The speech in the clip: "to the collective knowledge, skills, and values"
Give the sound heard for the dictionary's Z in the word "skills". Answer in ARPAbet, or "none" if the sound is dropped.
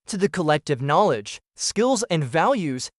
Z